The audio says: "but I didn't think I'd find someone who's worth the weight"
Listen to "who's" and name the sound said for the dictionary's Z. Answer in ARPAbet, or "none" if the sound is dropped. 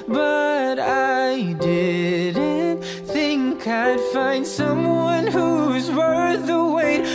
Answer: Z